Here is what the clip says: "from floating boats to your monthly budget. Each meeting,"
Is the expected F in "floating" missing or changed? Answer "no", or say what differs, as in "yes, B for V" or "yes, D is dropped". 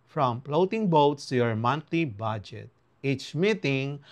yes, P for F